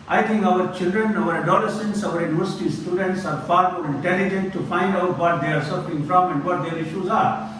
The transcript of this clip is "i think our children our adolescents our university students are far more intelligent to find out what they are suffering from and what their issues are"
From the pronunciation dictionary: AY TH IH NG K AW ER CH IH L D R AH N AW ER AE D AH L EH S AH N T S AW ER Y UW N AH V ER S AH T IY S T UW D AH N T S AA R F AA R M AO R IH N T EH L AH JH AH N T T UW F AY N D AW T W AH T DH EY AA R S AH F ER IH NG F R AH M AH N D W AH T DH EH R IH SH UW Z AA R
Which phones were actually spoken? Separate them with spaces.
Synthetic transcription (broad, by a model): AY T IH NG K AW ER CH IH L D R AH N AW ER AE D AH L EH S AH N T S AW ER Y UW N AH V ER S AH T IY S T UW D AH N T S AA R F AA R M AO R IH N T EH L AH JH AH N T T UW F AY N D AW T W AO T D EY AA R S AH F ER IH NG F R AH M AH N D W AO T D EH R IH SH UW Z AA R